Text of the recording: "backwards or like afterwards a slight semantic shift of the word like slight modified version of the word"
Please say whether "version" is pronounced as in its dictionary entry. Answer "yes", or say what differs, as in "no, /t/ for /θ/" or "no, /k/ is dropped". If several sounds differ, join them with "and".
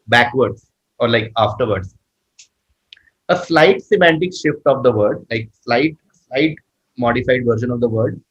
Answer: no, /ʃ/ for /ʒ/